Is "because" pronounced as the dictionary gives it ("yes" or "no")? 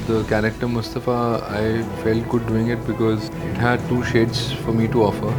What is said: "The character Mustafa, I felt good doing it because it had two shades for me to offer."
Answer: yes